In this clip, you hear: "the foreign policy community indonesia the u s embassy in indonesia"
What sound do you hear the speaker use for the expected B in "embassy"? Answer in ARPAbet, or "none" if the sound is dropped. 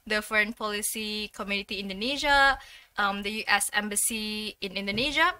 B